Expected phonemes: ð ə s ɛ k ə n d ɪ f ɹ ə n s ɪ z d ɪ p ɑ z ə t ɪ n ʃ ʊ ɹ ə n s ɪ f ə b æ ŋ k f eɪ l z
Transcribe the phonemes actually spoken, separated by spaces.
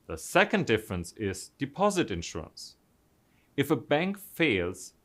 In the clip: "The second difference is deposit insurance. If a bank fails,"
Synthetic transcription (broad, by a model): ð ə s ɛ k ə n d ɪ f ɹ ə n s ɪ z d ɪ p ɑ z ə t ɪ n ʃ ʊ ɹ ə n s ɪ f ə b æ ŋ k f eɪ l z